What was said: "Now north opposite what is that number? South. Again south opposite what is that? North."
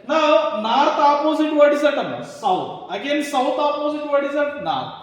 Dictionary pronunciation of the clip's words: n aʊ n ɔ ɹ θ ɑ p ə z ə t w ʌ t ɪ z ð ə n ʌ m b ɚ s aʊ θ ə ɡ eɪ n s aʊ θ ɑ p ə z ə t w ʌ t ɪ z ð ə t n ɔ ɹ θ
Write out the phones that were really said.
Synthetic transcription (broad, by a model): n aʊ n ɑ ɹ t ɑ p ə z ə t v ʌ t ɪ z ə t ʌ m ɚ s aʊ t ə ɡ eɪ n s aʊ t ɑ p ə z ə t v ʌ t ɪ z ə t n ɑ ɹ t